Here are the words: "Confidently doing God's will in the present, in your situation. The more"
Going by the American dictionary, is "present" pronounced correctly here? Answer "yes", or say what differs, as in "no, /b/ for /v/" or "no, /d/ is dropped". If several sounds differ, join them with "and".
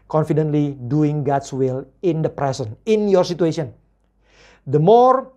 no, /s/ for /z/ and /t/ is dropped